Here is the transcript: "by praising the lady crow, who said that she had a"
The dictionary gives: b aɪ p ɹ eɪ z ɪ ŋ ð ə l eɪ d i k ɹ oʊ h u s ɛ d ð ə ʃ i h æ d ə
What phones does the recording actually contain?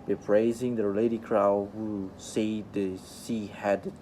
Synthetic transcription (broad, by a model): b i p ɹ eɪ z ɪ ŋ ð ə l eɪ d i k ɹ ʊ h u s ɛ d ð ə s i h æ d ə